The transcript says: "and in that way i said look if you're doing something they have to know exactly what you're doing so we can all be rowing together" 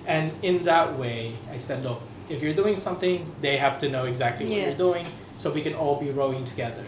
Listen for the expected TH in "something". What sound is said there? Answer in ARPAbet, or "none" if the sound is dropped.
TH